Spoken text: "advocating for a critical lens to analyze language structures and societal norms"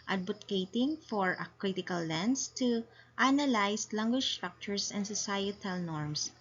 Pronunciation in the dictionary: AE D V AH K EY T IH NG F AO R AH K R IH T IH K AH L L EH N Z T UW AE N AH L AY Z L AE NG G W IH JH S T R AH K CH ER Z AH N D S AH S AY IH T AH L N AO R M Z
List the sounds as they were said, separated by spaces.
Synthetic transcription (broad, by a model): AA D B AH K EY T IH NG F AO R AH K R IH T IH K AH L L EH N S T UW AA N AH L AY S L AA NG G W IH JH S T R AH K CH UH S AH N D S AH S AY IH T AH L N AO R M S